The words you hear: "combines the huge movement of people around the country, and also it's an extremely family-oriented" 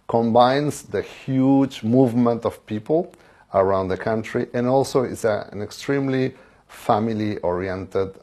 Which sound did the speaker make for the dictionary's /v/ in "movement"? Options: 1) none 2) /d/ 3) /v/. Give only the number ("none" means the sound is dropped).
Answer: 3